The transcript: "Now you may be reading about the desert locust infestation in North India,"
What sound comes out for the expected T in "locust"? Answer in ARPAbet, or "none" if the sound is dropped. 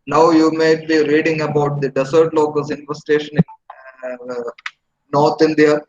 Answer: none